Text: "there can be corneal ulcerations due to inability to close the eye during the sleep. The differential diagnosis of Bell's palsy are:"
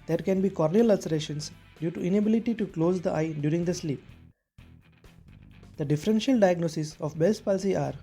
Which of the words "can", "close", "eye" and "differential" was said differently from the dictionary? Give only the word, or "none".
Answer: none